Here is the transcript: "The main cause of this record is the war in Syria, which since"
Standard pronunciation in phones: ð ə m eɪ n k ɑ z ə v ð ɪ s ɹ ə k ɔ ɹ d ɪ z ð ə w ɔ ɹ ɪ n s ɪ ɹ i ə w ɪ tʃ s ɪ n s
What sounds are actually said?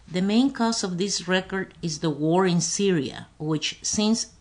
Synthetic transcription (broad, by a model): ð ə m eɪ n k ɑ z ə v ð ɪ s ɹ ə k ɔ ɹ d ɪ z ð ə w ɔ ɹ ɪ n s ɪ ɹ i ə w ɪ tʃ s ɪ n s